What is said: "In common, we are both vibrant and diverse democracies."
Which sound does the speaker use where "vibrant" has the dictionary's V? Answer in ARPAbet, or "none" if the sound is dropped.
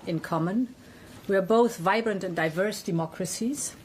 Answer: V